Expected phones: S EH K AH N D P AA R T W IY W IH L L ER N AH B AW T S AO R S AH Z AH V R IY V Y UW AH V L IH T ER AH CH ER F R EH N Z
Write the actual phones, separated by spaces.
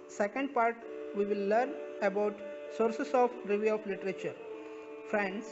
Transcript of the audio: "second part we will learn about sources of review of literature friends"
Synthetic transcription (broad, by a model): S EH K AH N D P AA R T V IY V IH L L ER N AH B AW T S AO R S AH S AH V R IY V Y UW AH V L IH T ER AH CH ER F R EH N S